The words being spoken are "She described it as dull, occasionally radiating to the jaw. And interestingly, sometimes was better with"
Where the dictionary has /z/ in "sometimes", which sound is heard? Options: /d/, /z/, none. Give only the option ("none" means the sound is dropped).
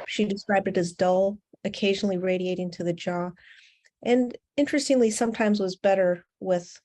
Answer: /z/